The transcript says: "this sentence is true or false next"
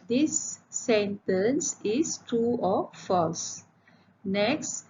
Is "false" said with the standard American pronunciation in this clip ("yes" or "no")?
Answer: yes